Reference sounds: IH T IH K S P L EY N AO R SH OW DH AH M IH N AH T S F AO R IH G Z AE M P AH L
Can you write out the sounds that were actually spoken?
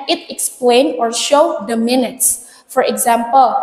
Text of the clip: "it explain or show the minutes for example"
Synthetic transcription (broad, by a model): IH T IH K S P L EY N AO R SH OW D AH M IH N AH T S F AO R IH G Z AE M P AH L